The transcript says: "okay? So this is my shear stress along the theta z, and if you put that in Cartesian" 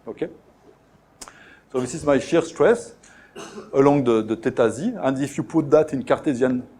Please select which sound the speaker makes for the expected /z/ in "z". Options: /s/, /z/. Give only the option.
/z/